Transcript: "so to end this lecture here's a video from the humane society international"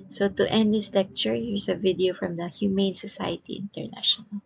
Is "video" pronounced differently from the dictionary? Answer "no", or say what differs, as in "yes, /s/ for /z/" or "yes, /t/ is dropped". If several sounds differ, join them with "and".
no